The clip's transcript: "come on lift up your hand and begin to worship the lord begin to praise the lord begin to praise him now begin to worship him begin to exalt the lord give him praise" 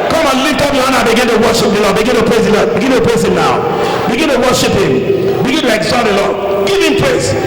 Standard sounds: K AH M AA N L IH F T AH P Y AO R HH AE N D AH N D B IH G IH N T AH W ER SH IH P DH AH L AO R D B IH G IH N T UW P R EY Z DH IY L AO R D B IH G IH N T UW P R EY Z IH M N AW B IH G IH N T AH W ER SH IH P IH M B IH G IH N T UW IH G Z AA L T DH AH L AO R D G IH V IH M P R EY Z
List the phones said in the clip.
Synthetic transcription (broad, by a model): K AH M AA N L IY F T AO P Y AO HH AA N AH B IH G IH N T AH W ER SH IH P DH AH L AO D B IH G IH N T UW P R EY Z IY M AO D B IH G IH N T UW P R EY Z IH M N AW B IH G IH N T AH W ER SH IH P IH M B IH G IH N T UW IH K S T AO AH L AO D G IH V IH M P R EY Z